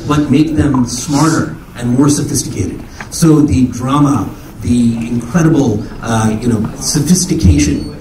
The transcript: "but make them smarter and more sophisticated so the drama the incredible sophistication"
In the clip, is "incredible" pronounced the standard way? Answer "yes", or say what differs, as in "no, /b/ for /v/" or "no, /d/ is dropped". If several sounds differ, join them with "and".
no, /n/ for /l/